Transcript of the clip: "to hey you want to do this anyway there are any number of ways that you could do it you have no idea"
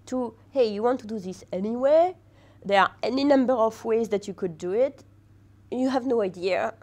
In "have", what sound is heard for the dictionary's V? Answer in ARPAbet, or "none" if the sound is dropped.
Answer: V